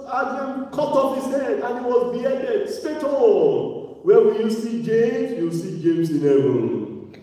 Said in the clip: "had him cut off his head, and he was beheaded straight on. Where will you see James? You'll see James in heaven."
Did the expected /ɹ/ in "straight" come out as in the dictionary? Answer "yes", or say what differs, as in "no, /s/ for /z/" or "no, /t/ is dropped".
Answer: no, /ɹ/ is dropped